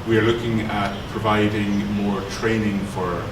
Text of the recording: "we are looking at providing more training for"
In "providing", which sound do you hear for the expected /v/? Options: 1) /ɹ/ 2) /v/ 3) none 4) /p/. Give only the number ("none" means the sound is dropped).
2